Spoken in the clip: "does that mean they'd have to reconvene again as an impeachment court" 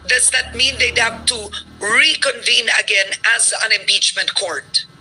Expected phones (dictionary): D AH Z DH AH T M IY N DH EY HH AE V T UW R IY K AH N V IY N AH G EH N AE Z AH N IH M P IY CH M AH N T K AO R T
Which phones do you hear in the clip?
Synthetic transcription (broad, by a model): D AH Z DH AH T M IY N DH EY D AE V T UW R IY K AH N V IY N AH G EH N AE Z AH N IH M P IY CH M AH N T K AO R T